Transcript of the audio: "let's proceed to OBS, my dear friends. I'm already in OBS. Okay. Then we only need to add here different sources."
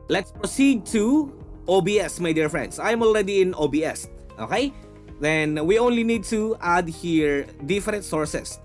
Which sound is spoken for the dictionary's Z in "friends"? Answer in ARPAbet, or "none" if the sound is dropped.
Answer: S